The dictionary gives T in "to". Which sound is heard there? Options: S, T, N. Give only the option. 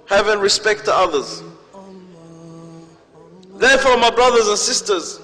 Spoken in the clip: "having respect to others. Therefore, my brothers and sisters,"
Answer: T